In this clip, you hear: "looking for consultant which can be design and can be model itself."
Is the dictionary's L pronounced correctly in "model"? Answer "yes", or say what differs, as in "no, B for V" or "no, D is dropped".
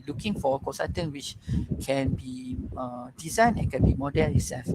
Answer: no, N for L